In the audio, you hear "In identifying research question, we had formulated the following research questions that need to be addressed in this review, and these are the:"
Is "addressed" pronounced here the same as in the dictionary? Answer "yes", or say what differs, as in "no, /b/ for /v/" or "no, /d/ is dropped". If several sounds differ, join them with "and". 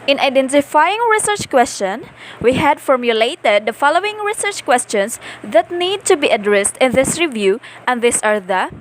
yes